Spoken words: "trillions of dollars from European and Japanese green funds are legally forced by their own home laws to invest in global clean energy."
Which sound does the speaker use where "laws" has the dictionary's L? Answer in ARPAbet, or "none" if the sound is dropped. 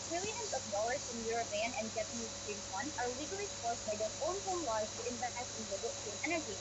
W